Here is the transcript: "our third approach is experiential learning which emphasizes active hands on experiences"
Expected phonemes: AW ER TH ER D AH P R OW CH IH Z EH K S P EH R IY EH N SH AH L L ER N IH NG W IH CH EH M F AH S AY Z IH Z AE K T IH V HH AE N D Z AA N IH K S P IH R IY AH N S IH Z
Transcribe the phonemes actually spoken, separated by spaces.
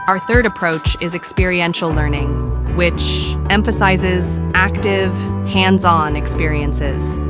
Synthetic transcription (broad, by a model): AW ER TH ER D AH P R OW CH IH Z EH K S P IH R IY EH N SH L L ER N IH NG W IH CH EH M F AH S AY Z IH Z AE K T IH V HH AE N D Z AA N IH K S P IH R IY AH N S IH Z